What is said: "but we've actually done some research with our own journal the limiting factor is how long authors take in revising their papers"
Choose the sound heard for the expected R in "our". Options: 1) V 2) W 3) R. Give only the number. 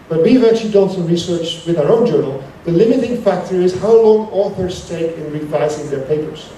3